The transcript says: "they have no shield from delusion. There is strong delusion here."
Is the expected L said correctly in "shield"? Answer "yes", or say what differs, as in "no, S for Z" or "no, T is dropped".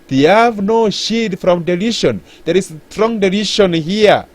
no, L is dropped